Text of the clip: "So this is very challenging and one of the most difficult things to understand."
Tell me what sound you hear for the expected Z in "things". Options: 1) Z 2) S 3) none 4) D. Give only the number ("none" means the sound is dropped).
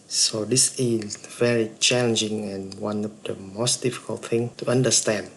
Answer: 3